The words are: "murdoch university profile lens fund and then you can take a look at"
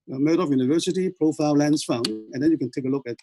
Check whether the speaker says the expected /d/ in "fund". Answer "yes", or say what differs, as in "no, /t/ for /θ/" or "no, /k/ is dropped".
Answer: no, /d/ is dropped